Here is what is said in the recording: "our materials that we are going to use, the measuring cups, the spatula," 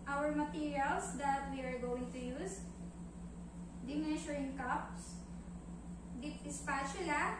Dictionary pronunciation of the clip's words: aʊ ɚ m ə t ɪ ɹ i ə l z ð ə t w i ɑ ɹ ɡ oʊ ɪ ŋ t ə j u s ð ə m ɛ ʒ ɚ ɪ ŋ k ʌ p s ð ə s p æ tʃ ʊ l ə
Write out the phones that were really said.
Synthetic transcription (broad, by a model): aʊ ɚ m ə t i ɹ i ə l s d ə t w i ɑ ɹ ɡ oʊ ɪ ŋ t ə j u s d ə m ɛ ʃ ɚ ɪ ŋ k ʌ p s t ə s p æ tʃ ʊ l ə